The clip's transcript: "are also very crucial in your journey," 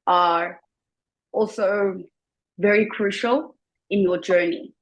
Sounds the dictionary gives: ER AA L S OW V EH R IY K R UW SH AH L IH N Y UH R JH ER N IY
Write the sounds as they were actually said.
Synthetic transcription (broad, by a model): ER AA L S OW V EH R IY K R UW SH AH L IH N Y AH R JH ER N IY